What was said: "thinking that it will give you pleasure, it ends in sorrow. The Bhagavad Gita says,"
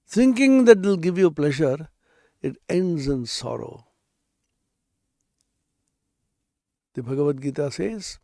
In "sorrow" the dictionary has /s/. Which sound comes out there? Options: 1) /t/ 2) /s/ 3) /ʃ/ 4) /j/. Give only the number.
2